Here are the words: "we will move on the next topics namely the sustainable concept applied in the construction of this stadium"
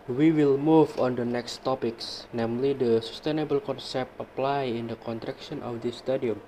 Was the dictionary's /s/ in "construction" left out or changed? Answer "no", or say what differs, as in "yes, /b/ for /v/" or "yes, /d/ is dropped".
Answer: yes, /s/ is dropped